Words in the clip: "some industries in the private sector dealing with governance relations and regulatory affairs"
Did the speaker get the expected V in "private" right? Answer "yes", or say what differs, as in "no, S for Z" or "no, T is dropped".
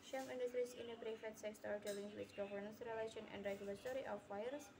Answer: no, F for V